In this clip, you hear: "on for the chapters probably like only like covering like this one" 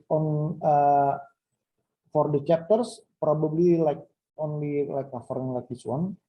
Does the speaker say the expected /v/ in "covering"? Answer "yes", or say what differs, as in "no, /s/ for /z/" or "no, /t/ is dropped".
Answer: no, /f/ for /v/